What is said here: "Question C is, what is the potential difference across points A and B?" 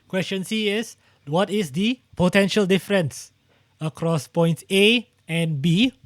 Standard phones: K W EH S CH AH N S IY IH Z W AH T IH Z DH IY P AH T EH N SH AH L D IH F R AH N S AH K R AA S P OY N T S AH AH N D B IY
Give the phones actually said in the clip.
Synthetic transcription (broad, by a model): K W EH S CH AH N S IY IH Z W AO T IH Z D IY P AH T EH N SH AH L D IH F R AH N S AH K R AA S P OY N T AH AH N B IY